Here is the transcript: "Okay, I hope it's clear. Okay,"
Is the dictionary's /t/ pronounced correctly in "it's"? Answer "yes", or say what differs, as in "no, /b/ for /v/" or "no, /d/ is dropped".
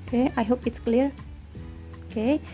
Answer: yes